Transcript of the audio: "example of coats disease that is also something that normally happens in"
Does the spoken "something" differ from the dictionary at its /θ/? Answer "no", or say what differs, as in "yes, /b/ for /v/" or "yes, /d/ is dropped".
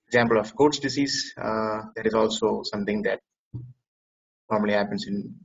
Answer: yes, /t/ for /θ/